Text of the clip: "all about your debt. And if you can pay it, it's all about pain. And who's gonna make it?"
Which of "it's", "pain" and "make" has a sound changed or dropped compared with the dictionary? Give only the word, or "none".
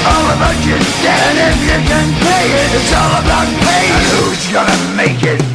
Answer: pain